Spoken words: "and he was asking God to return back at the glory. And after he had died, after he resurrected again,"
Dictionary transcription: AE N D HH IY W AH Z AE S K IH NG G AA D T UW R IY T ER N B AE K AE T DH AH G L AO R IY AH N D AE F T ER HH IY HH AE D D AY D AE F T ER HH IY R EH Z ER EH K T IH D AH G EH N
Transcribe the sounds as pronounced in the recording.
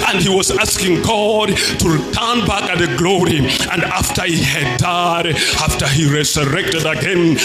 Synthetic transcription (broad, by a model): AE N D HH IY W AH Z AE S K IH NG G AA D T UW R IY T ER N B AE K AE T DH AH G L AO R IY AH N D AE F T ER HH IY HH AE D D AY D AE F T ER HH IY R EH Z ER EH K T IH D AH G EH N